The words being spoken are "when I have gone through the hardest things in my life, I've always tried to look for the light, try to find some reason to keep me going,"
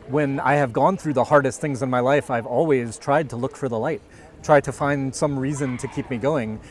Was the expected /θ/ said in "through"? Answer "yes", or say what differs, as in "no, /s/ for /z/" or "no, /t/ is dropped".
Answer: yes